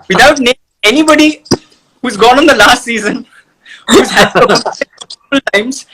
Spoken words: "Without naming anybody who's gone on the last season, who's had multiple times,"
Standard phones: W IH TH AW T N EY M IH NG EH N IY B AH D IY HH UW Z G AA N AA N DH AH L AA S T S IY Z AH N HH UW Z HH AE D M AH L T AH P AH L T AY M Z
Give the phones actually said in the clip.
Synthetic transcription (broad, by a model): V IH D AW T N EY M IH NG EH N IY B AH D IY HH UW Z G AA N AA N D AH L AA S T S IY Z AH N HH UW Z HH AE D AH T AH AH L T AY M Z